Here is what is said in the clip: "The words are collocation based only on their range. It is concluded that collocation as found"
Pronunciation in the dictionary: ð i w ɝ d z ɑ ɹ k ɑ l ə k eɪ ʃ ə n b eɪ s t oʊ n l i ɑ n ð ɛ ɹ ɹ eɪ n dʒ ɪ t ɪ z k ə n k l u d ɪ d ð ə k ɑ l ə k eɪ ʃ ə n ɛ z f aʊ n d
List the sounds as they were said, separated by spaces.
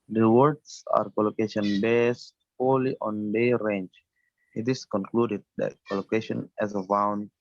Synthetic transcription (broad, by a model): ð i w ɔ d s ɑ ɹ k ɑ l ə k eɪ ʃ ə n b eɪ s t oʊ l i ɑ n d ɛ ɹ ɹ eɪ n dʒ ɪ t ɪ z k ə n k l u d ɪ d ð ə k ɑ l ə k eɪ ʃ ə n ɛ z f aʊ n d